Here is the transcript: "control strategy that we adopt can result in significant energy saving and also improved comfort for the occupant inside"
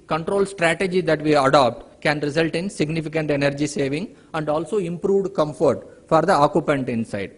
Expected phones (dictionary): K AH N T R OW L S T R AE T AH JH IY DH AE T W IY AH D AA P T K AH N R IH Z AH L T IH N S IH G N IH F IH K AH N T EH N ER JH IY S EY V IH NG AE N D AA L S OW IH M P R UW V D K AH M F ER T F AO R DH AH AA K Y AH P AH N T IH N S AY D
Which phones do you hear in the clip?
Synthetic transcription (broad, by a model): K AH N T R OW L S T R AE T AH JH IY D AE T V IY AH D AA P T K AH N R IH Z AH L T IH N S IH G N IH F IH K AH N T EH N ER JH IY S EY V IH NG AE N D AA L S OW IH M P R UW V D K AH M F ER T F AO R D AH AA K Y AH P AH N T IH N S AY D